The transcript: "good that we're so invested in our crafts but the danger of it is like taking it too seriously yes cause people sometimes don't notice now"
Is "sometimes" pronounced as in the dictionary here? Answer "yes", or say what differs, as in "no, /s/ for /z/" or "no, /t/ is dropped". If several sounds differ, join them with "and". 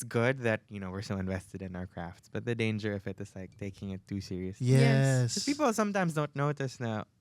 yes